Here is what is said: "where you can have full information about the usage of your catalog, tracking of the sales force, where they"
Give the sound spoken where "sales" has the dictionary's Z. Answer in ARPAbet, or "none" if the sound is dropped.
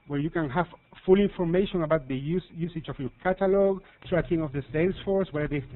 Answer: S